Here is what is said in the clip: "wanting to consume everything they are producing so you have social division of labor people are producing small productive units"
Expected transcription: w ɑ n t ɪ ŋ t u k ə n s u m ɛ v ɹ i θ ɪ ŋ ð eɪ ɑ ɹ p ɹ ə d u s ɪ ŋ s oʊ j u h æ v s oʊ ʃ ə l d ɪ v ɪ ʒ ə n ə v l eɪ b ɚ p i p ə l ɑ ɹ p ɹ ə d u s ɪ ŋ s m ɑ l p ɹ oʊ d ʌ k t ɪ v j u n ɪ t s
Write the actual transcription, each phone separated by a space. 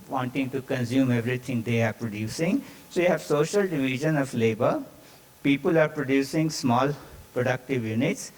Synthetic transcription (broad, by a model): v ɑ n t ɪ ŋ t u k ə n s u m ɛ v ɹ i t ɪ ŋ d eɪ ɑ ɹ p ɹ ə d u s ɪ ŋ s oʊ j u h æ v s oʊ ʃ ə l d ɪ v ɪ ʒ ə n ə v l eɪ b ɚ p i p ə l ɑ ɹ p ɹ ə d u s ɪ ŋ s m ɑ l p ɹ oʊ d ʌ k t ɪ v j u n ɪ t s